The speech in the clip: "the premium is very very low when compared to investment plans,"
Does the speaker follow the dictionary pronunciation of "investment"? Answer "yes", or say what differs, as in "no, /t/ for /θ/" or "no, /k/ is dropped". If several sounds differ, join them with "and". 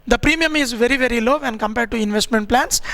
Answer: yes